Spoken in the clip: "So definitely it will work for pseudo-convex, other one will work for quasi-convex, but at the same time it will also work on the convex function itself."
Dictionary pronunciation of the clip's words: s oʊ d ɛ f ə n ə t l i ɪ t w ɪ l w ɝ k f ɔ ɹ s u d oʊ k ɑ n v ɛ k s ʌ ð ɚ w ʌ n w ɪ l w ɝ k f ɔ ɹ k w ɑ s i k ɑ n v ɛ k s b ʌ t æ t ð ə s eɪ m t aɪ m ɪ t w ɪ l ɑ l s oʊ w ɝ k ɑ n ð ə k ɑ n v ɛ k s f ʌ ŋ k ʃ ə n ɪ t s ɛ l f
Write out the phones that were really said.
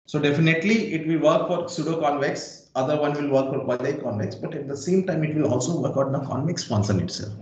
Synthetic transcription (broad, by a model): s oʊ d ɛ f ə n ə t l i ɪ t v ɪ l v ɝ k f ɔ ɹ s u d oʊ k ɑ n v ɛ k s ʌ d ɚ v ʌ n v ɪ l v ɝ k f ɔ ɹ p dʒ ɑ i k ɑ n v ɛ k s b ʌ t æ t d ə s eɪ m t aɪ m ɪ t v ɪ l ɑ l s oʊ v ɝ k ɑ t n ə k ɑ n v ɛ k s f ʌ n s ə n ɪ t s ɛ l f